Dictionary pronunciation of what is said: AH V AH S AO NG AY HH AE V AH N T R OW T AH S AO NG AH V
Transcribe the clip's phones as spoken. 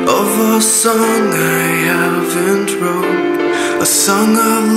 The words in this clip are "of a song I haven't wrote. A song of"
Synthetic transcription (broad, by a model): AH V AH S AO NG AY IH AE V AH N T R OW AH S AO NG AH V